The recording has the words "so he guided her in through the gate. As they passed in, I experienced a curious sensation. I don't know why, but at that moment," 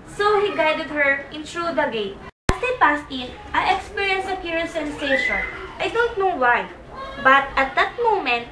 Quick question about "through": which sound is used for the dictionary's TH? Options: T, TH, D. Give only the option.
T